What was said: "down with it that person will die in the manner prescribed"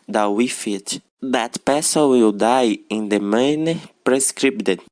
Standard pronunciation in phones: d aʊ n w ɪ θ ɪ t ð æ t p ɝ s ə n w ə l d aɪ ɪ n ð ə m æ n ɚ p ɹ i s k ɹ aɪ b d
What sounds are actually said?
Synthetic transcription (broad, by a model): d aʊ w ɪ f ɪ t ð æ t p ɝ s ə l w ə l d aɪ ɪ n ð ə m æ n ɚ p ɹ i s k ɹ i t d